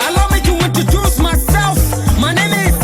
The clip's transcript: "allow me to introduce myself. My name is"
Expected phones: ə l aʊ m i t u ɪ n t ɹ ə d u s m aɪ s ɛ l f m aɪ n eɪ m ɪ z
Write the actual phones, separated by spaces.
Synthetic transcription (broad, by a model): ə l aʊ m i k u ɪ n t ə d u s m aɪ s ɛ l f m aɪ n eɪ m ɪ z